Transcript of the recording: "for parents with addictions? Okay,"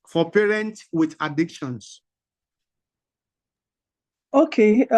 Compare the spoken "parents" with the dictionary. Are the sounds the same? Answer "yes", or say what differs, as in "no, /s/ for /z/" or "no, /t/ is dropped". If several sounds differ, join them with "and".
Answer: no, /s/ is dropped